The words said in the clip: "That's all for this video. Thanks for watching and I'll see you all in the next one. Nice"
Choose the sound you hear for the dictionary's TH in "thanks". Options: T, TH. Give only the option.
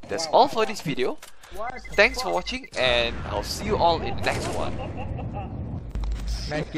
T